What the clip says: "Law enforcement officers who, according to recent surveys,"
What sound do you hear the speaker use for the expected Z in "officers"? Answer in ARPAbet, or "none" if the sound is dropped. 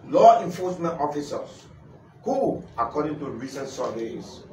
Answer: S